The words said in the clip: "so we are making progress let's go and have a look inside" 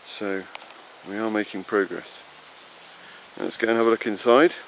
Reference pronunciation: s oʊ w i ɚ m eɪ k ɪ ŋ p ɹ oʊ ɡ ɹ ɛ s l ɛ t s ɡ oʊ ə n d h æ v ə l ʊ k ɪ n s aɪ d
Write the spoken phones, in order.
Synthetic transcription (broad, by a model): s oʊ w i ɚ m eɪ k ɪ ŋ p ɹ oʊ ɡ ɹ ɛ s n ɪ t s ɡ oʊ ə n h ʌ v ə l ʊ k ɪ n s aɪ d